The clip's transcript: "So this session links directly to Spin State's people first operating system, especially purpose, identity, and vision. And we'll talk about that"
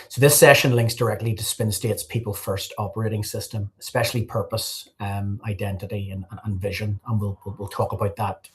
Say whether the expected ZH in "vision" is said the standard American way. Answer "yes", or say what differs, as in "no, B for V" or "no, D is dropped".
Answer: yes